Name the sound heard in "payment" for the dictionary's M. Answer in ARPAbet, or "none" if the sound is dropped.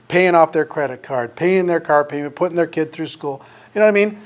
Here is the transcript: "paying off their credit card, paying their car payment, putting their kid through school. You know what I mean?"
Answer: none